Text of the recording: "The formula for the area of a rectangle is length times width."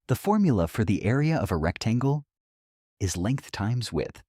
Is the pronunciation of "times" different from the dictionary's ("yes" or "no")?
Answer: no